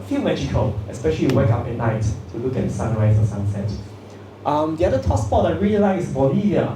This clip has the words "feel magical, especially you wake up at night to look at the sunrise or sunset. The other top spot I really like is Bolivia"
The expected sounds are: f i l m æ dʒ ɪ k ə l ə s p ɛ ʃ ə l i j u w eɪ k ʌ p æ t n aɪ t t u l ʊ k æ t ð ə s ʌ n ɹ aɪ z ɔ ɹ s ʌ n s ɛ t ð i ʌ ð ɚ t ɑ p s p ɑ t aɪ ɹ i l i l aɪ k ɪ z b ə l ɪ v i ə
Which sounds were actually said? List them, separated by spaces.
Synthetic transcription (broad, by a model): f i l m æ dʒ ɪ k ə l ə s p ɛ ʃ ə l i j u w eɪ k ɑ p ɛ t n aɪ t t u l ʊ k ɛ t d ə s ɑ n ɹ aɪ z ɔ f s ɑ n s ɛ t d i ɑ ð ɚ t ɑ s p ɑ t aɪ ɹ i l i l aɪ ɪ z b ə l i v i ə